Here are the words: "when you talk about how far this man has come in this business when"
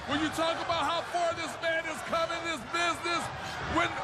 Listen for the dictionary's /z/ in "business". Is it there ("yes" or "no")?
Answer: yes